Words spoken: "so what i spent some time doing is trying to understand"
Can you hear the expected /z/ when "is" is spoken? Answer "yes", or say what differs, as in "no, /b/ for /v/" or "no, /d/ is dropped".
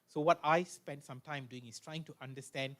no, /s/ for /z/